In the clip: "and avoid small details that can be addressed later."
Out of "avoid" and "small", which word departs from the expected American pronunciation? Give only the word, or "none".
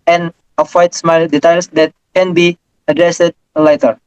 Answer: avoid